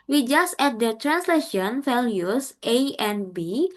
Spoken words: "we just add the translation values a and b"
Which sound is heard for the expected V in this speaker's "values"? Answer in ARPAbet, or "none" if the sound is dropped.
F